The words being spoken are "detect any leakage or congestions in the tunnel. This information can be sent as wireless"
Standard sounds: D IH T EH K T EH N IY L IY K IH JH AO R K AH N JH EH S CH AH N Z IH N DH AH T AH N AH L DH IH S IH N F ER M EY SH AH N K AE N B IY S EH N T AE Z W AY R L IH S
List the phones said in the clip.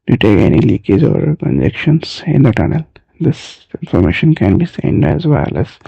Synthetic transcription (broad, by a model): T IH T EH K EH N IY L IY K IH Z AO R K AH N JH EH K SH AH N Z IH N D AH T AH N AH L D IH S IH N F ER M EY SH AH N K AE N B IY S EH N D AE Z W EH L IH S